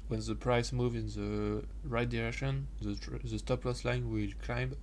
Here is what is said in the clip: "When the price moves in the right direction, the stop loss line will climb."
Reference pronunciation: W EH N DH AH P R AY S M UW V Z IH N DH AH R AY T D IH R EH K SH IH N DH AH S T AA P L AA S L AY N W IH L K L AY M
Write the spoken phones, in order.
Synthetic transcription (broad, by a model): W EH N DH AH P R AY S M UW V IH N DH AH R AY T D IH R EH K SH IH N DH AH S T AA P L AA S L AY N W IH L K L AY M